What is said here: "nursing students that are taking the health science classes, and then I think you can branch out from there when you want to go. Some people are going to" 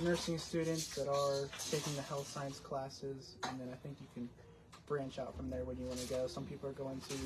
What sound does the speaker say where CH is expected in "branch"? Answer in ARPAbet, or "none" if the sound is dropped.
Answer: CH